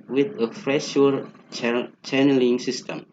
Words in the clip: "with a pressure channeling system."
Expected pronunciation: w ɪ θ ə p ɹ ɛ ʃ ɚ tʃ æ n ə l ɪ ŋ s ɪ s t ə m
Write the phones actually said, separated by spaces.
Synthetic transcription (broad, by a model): w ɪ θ ə f ɹ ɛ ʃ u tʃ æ n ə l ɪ ŋ s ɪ s t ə m